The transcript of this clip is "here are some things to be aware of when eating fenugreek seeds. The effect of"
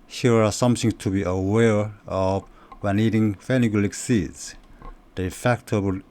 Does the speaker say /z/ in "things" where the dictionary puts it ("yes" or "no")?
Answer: no